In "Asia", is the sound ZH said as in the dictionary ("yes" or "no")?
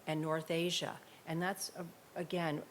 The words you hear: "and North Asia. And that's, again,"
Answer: yes